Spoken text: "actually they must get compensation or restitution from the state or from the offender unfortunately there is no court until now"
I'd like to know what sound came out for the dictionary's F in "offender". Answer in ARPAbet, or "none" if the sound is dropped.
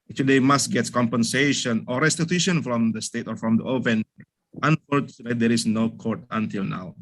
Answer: P